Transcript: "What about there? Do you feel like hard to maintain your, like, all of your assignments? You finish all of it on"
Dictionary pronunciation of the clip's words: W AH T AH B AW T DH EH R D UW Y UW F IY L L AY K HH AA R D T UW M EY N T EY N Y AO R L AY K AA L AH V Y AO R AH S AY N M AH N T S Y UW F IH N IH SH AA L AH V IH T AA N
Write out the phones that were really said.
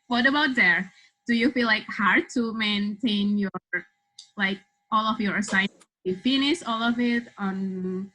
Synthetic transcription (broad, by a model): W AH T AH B AW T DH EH R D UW Y UW F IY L L AY K HH AA R D T UW M EY N T EY N Y AO R L AY K AA L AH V Y AO R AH S AY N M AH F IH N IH S AA L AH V IH T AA N